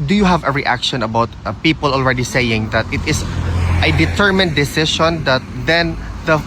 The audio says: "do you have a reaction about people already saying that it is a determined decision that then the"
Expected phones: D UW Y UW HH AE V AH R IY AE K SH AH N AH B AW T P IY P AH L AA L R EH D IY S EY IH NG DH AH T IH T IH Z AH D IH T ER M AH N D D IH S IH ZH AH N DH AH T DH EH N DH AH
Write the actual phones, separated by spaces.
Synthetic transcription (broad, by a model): D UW Y UW HH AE V AH R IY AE K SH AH N AH B AW T P IY P AH L AA L R EH D IY S EY IH NG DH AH T IH T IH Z AH D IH T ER M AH N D D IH S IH SH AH N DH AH T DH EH N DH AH